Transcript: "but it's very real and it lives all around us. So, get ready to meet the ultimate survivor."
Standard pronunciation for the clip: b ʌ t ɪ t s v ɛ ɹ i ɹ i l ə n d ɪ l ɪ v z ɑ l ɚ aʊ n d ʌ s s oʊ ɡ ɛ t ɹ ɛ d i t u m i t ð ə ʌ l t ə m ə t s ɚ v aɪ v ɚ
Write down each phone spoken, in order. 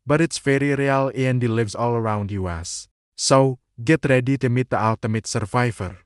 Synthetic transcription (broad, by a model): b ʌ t ɪ t s f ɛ ɹ i ɹ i l ə n d ɪ l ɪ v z ɑ l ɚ aʊ n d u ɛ s oʊ ɡ ɛ t ɹ ɛ d i t u m i t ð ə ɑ l t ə m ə t s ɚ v aɪ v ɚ